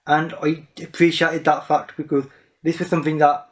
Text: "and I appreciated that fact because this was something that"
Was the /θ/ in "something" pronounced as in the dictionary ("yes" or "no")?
yes